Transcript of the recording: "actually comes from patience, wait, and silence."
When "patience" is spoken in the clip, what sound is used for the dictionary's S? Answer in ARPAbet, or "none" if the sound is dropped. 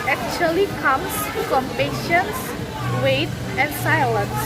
S